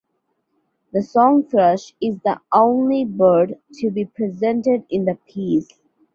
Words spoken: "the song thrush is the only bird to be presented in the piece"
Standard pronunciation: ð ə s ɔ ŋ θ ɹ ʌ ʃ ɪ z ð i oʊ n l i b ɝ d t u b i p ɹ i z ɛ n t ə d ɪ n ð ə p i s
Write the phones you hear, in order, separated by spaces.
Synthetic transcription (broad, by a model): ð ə s ɔ ŋ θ ɹ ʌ ʃ ɪ z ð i oʊ n l i b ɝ d t u b i p ɹ i z ɛ n t ə d ɪ n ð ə p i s